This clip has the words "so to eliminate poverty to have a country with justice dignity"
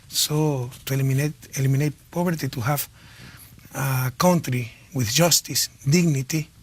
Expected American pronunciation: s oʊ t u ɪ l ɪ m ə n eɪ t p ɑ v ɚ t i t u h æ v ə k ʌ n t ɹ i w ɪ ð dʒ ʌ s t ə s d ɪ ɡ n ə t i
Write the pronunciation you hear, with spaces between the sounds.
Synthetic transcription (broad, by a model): s oʊ t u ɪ l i m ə n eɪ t p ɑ b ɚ t i t u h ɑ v ə k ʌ n t ɹ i w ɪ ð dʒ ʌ s t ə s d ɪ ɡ n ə t i